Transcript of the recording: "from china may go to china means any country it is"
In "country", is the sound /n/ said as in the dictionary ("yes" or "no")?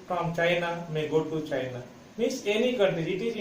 no